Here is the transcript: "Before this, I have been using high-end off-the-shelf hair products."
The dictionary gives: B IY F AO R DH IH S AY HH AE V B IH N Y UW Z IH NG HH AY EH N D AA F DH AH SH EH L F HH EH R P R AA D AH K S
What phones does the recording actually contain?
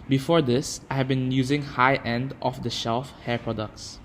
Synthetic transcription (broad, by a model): B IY F AO R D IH S AY HH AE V B IH N Y UW Z IH NG HH AY EH N D AA F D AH SH EH L F HH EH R P R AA D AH K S